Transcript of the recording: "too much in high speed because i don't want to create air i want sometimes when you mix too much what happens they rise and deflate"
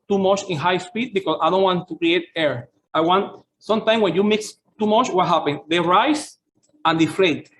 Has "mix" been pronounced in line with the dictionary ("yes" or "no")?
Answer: yes